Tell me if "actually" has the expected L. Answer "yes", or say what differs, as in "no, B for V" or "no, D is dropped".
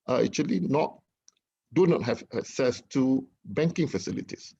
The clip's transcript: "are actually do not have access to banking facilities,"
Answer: no, N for L